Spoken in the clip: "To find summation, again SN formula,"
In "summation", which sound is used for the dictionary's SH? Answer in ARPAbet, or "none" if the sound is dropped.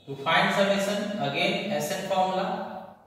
S